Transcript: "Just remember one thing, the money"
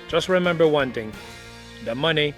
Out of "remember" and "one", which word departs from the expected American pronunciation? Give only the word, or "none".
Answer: none